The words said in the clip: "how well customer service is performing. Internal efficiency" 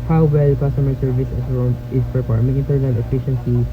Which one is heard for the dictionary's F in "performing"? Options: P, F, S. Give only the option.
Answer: P